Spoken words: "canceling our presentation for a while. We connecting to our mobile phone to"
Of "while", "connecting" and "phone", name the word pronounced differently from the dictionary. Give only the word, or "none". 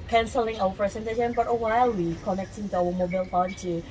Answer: phone